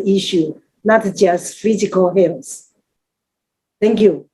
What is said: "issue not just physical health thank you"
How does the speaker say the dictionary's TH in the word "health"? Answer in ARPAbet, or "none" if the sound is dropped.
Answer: S